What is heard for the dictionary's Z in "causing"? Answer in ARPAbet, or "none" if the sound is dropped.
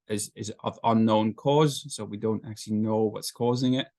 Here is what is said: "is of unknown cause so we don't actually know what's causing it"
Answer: Z